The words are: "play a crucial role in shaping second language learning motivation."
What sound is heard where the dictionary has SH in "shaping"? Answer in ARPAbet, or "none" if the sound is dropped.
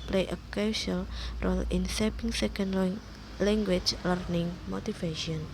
S